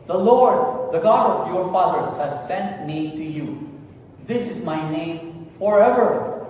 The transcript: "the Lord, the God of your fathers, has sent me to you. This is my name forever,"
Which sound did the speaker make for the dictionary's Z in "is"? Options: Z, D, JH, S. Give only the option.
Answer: Z